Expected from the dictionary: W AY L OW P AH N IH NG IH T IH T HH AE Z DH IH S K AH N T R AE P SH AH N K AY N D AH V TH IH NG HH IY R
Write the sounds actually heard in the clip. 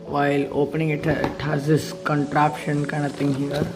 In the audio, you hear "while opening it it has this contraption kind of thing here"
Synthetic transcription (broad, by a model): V AY L OW P AH N IH NG IH T IH T HH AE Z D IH S K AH N T R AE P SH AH N K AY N AH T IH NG HH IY R